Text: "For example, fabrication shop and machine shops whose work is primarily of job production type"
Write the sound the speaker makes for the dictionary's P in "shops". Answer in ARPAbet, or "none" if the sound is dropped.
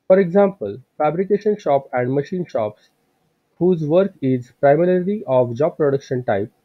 P